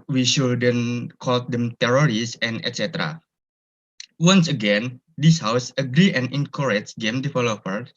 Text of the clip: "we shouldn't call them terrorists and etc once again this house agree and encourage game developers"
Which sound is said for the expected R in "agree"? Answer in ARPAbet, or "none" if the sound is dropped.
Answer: R